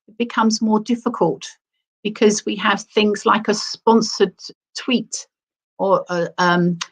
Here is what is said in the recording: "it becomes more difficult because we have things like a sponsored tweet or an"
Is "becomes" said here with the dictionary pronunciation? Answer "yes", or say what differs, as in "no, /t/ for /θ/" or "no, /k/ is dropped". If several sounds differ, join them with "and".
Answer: yes